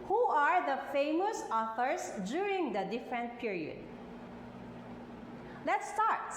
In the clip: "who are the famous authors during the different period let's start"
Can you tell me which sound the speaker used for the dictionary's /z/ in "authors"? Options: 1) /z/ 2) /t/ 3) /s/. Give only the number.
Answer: 3